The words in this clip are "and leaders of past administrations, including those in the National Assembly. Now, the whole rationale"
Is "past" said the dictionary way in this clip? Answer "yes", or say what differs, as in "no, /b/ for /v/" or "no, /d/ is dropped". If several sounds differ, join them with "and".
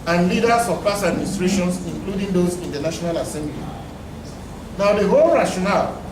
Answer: no, /t/ is dropped